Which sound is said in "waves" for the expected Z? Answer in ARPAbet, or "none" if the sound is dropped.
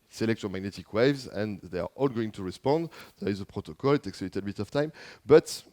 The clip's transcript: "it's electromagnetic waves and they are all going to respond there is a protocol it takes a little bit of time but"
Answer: Z